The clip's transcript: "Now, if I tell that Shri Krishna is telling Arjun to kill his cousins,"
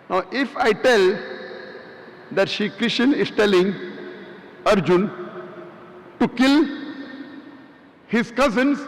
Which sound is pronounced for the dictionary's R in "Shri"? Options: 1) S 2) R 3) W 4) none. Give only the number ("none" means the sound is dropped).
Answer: 4